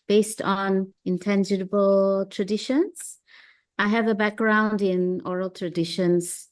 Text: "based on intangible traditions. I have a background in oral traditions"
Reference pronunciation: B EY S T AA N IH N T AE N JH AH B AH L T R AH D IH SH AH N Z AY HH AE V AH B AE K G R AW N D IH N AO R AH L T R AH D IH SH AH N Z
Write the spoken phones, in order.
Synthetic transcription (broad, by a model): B EY S T AA N IH N T AE N JH AH B AH L T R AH D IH SH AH N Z AY HH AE V AH B AE K G R AW N D IH N AO R AH L T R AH D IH SH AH N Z